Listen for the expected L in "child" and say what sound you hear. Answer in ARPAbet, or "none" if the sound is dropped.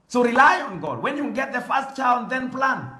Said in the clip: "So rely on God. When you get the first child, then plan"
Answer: N